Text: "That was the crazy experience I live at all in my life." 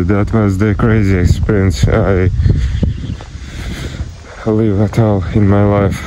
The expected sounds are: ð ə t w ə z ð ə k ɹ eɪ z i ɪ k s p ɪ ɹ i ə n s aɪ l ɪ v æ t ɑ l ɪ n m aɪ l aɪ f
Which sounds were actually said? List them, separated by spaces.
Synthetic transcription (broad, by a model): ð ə t w ə z ð ə k ɹ eɪ z i ɪ k s p ɪ ɹ i ə n s aɪ l ɪ v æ t ɑ l ɪ n m aɪ l aɪ f